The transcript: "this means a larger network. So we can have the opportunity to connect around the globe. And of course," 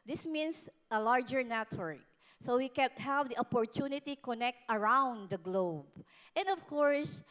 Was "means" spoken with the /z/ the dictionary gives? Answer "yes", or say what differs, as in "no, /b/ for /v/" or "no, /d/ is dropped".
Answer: no, /s/ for /z/